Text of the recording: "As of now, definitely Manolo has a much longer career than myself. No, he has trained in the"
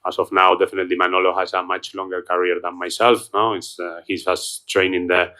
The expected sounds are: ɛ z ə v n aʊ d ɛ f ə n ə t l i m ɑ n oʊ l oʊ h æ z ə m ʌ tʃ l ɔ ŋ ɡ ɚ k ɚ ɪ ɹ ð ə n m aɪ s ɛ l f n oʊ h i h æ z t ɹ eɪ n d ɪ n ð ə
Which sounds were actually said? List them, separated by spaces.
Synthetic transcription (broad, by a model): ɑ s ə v n aʊ d ɛ f ə n ə t l i m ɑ n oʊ l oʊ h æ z ə m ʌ tʃ l ɔ ŋ ɡ ɚ k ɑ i ɹ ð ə n m aɪ s ɛ l f n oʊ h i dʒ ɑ s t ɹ eɪ n ɪ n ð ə